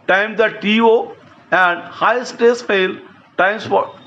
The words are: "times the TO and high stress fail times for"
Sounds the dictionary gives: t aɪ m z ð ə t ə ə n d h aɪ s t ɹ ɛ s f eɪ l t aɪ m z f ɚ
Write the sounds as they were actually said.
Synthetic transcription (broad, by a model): t aɪ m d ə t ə ə n d h aɪ s t ɛ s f eɪ l t aɪ m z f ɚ